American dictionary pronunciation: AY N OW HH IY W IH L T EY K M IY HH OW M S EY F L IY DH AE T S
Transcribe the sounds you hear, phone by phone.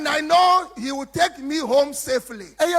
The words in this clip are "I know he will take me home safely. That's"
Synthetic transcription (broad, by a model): AY N OW HH IY W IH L T EY K M IY HH OW M S EY F L IY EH